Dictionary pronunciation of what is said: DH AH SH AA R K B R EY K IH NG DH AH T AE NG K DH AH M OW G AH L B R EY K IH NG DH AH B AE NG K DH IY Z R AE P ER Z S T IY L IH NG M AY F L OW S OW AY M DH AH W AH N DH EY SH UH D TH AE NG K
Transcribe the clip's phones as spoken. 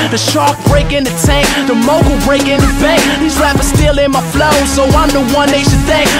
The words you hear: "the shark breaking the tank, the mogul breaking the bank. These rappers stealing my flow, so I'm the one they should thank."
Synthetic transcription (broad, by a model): DH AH SH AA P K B R EY K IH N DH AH T AE NG K DH AH M OW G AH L B R EY K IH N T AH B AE K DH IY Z L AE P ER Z S T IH L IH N M AY F L OW S OW AY M DH AH W AH N DH EY SH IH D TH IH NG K